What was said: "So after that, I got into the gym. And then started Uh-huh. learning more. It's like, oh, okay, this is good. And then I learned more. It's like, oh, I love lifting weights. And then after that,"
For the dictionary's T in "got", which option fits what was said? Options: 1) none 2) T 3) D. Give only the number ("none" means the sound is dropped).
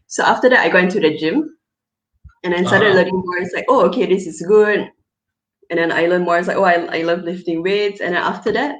1